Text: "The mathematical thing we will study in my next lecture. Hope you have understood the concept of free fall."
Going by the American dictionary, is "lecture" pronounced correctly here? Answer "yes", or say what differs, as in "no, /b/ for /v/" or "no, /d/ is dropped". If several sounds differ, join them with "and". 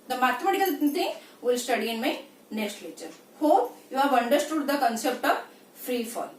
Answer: no, /k/ is dropped